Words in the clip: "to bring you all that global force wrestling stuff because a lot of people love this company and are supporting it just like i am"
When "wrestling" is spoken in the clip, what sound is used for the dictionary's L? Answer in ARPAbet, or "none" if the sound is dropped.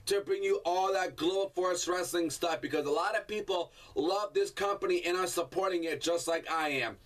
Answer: L